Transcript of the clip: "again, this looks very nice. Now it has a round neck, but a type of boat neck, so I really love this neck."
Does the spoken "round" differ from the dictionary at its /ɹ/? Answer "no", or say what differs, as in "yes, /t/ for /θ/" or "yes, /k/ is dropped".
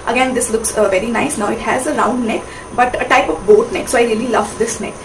no